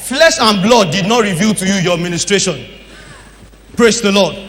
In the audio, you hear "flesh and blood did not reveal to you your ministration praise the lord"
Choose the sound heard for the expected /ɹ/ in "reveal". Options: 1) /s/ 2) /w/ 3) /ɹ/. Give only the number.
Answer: 3